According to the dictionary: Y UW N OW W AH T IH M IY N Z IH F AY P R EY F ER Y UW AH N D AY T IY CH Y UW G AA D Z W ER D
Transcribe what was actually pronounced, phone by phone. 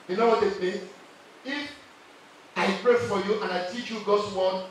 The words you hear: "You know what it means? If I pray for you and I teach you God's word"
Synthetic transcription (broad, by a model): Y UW N OW W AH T IH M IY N IH F AY P R EY F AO Y UW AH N AY T IY CH Y UW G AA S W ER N